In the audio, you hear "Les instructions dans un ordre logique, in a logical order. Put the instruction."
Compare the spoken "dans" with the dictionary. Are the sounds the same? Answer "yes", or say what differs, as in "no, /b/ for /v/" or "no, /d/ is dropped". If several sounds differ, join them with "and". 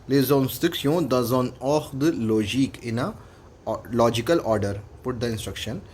no, /n/ is dropped